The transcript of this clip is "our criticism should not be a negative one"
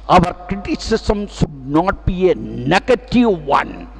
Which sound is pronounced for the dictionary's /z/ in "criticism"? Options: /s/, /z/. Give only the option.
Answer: /s/